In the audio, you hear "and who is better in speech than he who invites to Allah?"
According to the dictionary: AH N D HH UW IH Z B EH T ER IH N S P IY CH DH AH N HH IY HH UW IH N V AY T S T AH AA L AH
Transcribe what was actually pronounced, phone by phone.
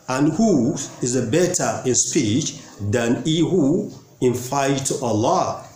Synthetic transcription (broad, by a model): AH N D HH UW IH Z B EH T ER IH N S P IY CH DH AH N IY HH UW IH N F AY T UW T AH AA L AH